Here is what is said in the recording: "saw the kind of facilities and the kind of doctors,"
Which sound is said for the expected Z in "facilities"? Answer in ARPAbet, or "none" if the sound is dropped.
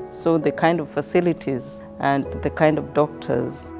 Z